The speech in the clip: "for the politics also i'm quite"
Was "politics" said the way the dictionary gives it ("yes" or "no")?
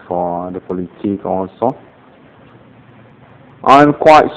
no